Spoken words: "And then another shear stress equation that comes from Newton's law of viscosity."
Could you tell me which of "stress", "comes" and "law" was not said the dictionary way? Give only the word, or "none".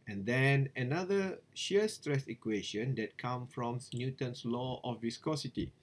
comes